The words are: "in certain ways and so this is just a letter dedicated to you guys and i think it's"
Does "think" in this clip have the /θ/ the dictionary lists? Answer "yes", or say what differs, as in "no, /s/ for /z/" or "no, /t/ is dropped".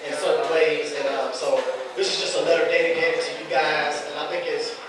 yes